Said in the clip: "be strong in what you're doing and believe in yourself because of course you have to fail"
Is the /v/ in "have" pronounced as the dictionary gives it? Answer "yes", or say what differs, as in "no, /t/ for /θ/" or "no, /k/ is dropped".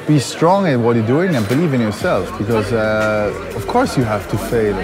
no, /f/ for /v/